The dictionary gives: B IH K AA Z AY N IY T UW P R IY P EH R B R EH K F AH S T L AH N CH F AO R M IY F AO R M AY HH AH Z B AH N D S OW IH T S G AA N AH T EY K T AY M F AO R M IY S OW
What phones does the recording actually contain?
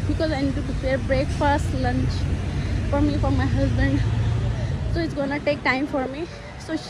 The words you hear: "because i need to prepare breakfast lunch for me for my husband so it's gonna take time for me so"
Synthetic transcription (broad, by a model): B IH K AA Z AY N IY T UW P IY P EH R B R EH K F AH S T L AH N CH F AO R M IY F AO R M AY HH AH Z B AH N D S OW IH T S G AA N AH T EY K T AY M F AO R M IY S OW